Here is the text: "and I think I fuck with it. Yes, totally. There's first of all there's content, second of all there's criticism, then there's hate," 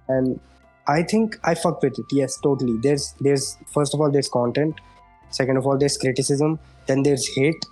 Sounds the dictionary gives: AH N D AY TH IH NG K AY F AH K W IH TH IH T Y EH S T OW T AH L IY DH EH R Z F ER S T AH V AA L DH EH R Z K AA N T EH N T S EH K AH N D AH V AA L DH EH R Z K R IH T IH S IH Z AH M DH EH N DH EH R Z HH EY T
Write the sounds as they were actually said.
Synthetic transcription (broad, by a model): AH N D AY T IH NG K AY F AH K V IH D IH T Y EH S T OW T AH L IY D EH R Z F ER S T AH F AA L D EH R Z K AA N T EH N T S EH K AH N D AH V AA L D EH R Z K R IH T IH S IH Z AH M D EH N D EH R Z HH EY T